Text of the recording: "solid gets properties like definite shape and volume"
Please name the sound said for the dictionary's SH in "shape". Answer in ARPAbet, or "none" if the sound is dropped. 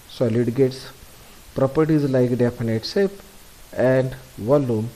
S